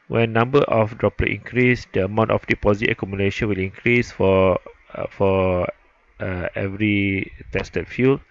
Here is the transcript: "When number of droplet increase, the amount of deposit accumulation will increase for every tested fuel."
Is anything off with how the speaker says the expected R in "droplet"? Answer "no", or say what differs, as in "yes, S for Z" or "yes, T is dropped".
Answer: no